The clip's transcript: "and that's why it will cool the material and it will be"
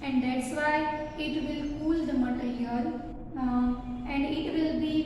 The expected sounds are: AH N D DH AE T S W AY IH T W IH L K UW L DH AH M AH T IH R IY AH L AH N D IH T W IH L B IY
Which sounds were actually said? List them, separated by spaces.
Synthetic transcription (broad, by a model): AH N D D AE T S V AY IH T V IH L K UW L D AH M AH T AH L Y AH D AH N D IH T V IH L B IY